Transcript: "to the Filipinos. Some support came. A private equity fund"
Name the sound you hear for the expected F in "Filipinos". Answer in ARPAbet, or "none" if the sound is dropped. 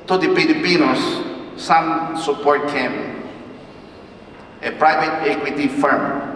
P